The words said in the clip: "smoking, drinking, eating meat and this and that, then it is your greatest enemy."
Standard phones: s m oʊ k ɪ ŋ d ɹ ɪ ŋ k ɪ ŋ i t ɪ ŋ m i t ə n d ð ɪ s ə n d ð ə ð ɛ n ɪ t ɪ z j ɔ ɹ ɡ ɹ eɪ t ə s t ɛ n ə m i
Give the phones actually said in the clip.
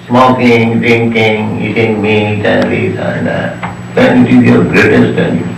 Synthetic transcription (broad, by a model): s m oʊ k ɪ ŋ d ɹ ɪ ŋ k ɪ ŋ i t ɪ ŋ m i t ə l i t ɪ ə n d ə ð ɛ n ɪ t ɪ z j ɔ ɹ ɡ ɹ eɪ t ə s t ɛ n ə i